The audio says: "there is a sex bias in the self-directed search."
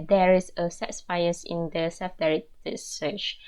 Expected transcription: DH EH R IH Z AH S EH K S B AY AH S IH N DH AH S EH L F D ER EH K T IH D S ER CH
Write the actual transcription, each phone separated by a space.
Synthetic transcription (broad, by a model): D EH R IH S AH S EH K S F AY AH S IH N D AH S EH L F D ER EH T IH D S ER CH